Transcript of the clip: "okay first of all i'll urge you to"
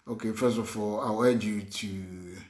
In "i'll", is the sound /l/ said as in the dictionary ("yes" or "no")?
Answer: no